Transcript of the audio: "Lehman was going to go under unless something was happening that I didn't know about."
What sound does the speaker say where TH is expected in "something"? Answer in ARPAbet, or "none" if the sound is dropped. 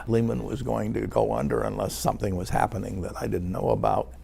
TH